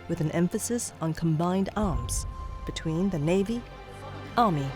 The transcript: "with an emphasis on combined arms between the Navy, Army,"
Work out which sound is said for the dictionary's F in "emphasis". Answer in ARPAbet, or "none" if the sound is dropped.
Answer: F